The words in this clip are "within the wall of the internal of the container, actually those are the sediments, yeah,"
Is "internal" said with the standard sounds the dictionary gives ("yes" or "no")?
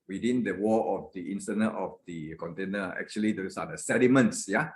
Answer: no